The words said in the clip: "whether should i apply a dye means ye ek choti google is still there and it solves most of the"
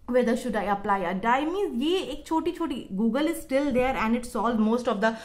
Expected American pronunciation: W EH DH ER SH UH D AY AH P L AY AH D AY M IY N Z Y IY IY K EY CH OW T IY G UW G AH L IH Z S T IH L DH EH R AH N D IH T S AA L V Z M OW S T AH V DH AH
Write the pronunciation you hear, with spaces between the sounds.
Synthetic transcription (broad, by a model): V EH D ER SH UH D AY AH P L AY AH D AY M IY Z Y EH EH K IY CH OW T IY G UW G AH L IH Z S T IH L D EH R AH N D IH T S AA L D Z M OW S T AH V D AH